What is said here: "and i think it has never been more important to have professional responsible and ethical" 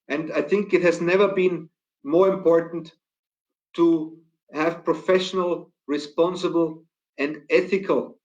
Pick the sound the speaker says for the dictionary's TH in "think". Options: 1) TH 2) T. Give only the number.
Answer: 1